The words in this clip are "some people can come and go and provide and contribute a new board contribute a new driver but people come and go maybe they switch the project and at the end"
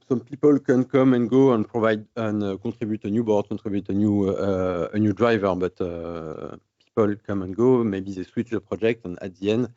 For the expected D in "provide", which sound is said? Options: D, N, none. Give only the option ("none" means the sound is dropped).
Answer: D